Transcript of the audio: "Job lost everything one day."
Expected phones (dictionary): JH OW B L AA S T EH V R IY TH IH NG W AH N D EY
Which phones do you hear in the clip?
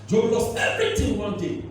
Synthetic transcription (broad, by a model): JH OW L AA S EH V R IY T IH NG W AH N D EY